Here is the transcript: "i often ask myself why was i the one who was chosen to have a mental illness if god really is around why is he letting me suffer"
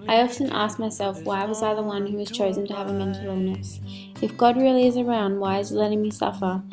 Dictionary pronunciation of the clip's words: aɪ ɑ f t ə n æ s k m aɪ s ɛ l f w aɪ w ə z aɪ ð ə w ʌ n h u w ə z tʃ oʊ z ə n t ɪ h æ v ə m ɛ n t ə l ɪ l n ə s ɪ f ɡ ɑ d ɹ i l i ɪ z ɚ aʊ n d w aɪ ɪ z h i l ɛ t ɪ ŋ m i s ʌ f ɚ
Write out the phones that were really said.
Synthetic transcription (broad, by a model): aɪ ɑ f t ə n æ s k m aɪ s ɛ l f w aɪ w ə z aɪ ð ə w ʌ n h u w ə z tʃ oʊ z ə n t ɪ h v ə m ɛ n t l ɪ n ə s ɪ f ɡ ɑ d ɹ i l i ɪ z ɚ aʊ n d w aɪ ɪ z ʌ l ɛ t ɪ ŋ m i s ʌ f ɚ